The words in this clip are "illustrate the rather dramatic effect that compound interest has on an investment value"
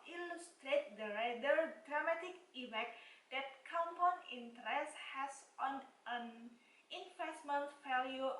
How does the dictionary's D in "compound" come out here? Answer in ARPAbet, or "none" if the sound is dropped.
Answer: none